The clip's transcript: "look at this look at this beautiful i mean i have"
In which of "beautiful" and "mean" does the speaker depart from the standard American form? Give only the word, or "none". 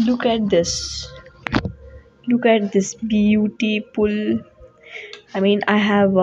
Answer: beautiful